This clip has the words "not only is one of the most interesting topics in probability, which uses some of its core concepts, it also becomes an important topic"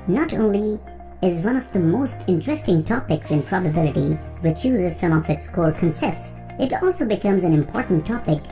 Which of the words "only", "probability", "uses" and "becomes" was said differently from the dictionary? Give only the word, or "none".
none